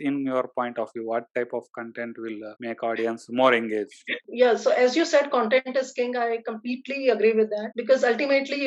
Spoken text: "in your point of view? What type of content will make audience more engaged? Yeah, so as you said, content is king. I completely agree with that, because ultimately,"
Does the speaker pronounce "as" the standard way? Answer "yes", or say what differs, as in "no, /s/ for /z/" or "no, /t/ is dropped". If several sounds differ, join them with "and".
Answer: yes